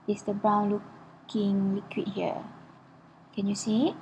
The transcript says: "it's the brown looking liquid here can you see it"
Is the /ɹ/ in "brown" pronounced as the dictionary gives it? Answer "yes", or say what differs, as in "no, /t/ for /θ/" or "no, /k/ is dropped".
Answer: no, /ɹ/ is dropped